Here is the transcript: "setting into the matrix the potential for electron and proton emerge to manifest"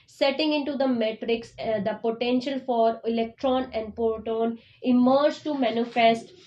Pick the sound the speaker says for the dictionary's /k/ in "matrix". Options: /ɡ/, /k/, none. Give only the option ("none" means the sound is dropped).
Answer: /k/